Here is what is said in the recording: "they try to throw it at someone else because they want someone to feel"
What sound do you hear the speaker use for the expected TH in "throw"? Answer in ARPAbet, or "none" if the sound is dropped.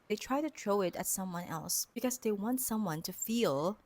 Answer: T